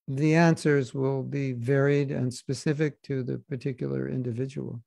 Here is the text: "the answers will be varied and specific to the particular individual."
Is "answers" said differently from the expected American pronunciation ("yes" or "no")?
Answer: no